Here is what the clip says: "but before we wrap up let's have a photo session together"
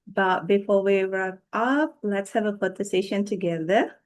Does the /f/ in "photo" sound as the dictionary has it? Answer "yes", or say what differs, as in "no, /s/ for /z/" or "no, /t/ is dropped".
no, /p/ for /f/